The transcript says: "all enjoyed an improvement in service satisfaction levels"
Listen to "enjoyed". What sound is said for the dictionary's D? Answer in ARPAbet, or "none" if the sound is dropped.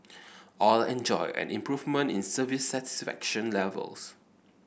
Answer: none